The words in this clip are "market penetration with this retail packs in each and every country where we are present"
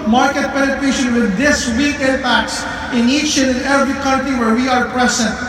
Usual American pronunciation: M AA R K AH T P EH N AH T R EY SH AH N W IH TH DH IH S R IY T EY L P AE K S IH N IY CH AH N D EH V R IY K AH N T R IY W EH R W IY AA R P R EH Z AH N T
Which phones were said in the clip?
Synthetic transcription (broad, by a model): M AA R K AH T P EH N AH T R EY SH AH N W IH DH IH S W IY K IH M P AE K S IH N IY CH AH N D EH V R IY K AH N T R IY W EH R W IY AA R P R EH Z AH N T